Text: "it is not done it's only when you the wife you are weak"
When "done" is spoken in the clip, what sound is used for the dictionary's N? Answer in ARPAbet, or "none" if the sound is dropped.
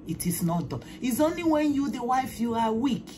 none